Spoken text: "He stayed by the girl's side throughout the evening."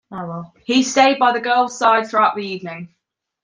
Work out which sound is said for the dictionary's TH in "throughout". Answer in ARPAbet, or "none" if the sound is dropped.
TH